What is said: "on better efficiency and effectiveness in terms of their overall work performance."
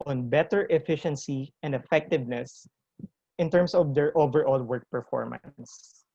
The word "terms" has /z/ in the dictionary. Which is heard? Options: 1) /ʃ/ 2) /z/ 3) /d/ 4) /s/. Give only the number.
4